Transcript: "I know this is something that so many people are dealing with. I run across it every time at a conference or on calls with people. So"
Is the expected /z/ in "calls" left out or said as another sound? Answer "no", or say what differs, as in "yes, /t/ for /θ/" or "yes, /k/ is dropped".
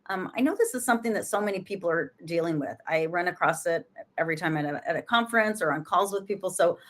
no